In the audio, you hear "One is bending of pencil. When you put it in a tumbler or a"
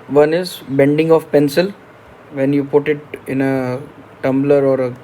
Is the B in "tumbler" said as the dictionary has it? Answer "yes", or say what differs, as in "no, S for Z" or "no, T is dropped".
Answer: yes